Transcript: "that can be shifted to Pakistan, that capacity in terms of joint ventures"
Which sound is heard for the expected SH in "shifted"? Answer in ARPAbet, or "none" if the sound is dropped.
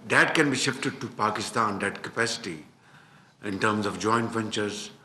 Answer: SH